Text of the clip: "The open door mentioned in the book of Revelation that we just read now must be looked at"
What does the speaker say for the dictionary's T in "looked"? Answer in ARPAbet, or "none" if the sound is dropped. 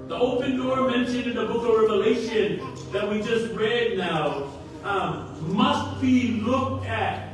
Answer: T